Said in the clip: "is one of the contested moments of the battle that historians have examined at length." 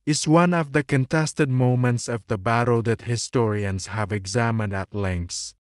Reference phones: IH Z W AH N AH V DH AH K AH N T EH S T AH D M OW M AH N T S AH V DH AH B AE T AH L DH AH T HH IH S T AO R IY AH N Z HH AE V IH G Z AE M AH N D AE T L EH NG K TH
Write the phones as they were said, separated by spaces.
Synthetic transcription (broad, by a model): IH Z W AH N AH V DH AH K AH N T EH S T AH D M OW M AH N T S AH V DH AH B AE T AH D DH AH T HH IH S T AO R IY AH N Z HH AE V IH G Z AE M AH N D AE T L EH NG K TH